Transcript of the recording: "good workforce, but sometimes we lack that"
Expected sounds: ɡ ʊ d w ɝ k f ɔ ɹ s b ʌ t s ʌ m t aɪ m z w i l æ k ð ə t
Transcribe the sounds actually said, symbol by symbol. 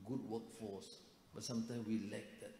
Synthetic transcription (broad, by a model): ɡ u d w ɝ k f ɔ s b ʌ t s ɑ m t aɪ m w i l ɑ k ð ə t